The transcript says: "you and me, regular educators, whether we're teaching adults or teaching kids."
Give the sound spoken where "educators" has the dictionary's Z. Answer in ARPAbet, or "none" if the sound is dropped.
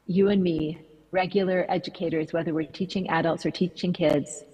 Z